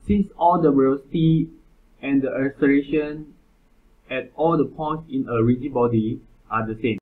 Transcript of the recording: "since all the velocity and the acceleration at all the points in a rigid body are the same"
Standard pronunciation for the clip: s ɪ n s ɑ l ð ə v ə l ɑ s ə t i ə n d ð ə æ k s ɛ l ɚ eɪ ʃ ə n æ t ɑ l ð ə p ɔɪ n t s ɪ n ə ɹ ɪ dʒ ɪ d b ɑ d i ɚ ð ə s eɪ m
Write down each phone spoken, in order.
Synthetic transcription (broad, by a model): s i n s ɑ l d ə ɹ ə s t i ə n d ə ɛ s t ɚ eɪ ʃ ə n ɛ t ɑ l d ə p ɔɪ n t s ɪ n ə ɹ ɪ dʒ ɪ b ɑ d i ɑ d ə s eɪ m